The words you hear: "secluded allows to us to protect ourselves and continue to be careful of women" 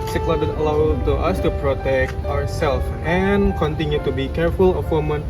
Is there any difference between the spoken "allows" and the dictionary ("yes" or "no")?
yes